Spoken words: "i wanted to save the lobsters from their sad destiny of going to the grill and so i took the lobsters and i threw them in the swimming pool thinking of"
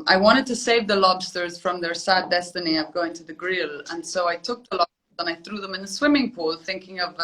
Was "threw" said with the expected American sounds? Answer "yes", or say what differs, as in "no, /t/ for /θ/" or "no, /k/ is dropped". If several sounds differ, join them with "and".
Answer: yes